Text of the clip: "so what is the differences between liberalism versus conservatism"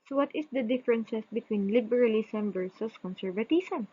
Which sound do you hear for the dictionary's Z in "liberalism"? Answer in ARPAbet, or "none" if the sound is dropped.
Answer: S